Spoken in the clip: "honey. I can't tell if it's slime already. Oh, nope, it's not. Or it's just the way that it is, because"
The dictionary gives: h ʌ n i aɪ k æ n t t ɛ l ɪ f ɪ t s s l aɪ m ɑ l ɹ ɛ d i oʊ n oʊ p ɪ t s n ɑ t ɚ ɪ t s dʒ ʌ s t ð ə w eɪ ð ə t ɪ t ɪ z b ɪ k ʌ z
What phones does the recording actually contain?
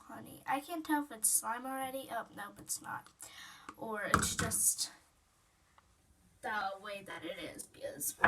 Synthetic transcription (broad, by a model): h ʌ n i aɪ k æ n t t ɛ l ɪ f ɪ t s s l aɪ m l ɹ ɛ d i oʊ n oʊ b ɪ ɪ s n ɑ t ɚ ɪ t s dʒ ʌ s t ð ə w eɪ ð ə t ɪ t ɪ z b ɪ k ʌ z